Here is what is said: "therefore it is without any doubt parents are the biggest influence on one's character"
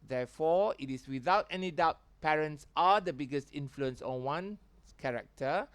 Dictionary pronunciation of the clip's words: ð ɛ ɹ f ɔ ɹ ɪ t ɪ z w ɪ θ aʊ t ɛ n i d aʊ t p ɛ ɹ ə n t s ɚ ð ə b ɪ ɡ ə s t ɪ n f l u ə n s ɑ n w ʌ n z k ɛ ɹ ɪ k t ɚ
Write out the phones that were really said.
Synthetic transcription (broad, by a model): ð ɛ f ɔ ɪ t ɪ s w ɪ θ aʊ t ɛ n i d aʊ t p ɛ ɹ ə n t s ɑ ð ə b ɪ ɡ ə s t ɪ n f l u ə n s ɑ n w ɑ n k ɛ ɹ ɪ k t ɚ